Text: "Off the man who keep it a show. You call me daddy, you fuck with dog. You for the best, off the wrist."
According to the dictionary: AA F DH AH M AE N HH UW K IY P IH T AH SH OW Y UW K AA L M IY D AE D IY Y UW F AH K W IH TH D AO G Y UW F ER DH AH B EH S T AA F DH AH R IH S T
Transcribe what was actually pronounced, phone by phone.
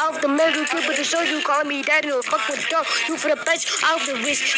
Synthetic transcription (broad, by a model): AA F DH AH M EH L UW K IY B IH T AH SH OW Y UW K AA L M IY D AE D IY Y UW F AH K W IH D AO Y UW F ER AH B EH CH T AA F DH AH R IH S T